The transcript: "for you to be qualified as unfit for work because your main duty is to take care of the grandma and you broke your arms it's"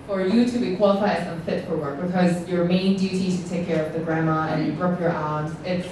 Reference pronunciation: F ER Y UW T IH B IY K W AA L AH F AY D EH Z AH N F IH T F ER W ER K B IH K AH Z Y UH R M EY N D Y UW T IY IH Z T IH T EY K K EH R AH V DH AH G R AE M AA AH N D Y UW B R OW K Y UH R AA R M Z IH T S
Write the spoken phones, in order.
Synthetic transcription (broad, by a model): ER Y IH T IH B IY K W AA L AH F AY D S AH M F IH T F ER W ER K B IH K AH Z Y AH R M EY N D Y UW T IY T IH T EY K K EH R AH V DH AH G R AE M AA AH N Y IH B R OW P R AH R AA L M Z IH T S